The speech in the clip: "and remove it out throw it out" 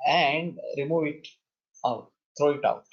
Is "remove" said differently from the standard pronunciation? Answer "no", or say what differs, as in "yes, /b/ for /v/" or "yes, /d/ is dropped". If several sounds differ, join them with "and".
no